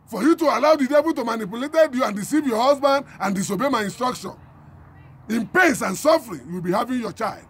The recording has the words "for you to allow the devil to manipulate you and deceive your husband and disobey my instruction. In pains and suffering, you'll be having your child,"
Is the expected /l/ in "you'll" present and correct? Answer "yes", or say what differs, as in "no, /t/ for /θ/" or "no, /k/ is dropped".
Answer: no, /w/ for /l/